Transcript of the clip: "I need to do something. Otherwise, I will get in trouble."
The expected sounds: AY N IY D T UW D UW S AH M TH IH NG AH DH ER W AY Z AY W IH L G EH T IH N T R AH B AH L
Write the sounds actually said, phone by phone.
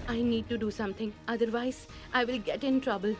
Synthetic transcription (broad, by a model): AY N IY D T UW D UW S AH M T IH NG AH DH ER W AY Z AY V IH L G EH T IH N T R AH B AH L